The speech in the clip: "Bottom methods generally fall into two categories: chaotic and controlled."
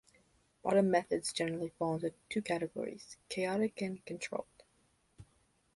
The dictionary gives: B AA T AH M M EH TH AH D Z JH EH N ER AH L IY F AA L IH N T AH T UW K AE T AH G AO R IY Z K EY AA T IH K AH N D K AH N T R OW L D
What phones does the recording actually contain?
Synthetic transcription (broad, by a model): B AA T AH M M EH TH AH D Z JH EH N ER L IY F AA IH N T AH T UW K AE T AH G AO R IY Z K EY AA T IH K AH N K AH N T R OW L D